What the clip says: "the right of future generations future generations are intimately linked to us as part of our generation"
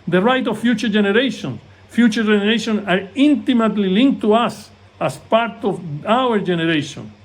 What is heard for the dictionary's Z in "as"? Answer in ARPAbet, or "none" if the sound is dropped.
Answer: S